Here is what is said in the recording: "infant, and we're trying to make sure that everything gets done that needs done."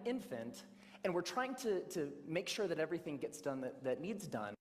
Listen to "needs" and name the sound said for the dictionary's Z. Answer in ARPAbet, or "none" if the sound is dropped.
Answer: Z